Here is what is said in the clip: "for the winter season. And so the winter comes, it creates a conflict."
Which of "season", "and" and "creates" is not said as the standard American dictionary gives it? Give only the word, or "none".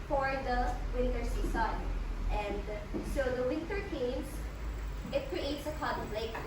season